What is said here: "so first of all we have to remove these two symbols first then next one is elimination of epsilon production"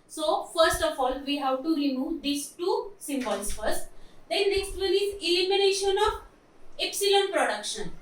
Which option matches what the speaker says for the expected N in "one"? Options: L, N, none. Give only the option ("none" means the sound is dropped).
L